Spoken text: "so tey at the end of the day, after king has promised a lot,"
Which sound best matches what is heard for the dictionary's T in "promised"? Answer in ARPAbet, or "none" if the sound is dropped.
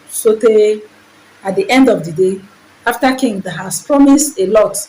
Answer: T